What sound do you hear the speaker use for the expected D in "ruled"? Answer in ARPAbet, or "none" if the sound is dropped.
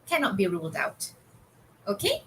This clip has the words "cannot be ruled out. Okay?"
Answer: D